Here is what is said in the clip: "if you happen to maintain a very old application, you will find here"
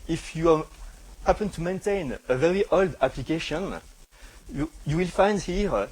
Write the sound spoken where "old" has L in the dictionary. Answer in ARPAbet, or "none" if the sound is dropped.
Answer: L